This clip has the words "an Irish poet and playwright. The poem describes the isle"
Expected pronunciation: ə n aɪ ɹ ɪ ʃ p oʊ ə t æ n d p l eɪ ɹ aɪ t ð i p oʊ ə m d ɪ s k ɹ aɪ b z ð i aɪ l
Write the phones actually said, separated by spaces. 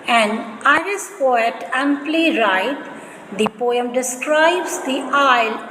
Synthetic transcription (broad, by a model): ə n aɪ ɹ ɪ s p oʊ ə t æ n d p l eɪ ɹ aɪ t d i p oʊ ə m d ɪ s k ɹ aɪ b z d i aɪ l